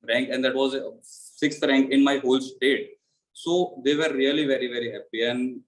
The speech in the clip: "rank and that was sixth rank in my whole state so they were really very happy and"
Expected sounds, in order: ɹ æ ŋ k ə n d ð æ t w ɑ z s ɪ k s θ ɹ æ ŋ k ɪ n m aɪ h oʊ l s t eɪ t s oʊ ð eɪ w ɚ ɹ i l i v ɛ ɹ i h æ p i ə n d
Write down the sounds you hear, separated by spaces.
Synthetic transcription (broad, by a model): ɹ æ ŋ k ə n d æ t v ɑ z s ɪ k s t ɹ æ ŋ k ɪ n m aɪ h oʊ l s t eɪ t s oʊ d eɪ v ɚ l i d i v ɛ ɹ i h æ p i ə n d